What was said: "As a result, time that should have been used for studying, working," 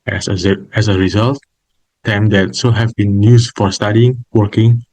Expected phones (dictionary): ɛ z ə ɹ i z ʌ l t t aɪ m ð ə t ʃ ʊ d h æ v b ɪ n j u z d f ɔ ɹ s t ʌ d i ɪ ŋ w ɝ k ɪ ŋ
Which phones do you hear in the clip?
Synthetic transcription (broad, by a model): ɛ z ə ɹ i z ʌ l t t aɪ m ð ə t s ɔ h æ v b ɪ n j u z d f ɔ ɹ s t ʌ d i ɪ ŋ w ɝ k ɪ ŋ